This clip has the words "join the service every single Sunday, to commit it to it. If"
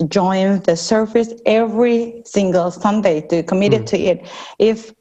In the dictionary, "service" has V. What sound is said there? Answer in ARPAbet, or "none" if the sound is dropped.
F